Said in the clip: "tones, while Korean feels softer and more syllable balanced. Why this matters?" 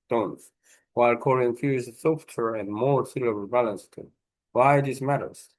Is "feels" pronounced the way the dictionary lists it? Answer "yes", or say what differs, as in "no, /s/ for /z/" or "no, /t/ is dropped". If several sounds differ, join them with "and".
no, /l/ is dropped